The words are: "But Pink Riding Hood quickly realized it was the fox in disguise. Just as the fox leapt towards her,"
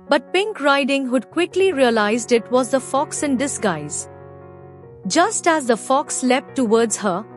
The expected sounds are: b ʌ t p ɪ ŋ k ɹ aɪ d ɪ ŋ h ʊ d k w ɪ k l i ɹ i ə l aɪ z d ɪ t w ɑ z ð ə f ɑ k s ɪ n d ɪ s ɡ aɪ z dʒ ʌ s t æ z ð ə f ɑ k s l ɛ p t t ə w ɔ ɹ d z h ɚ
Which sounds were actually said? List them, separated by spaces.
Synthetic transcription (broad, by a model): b ʌ t p ɪ ŋ k ɹ aɪ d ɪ ŋ h ʊ d k w ɪ k l i ɹ i ə l aɪ z d ɪ t w ɑ z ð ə f ɑ k s ɪ n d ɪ s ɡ aɪ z dʒ ʌ s t æ z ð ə f ɑ k s l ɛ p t t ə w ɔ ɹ d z h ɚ